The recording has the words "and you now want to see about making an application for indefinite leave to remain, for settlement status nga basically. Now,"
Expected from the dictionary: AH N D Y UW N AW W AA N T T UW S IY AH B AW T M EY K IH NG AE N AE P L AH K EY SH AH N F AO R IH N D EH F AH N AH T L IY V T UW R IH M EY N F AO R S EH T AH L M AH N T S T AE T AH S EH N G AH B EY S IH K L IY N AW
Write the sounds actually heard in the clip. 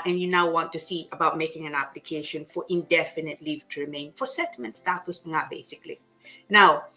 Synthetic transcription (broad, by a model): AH N Y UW N AW W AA N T T UW S IY AH B AW T M EY K IH NG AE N AE P L AH K EY SH AH N F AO R IH N D EH F AH N AH T L IY V T UW R IH M EY N F AO R S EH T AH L M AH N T S T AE T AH S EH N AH B EY S IH K L IY N AW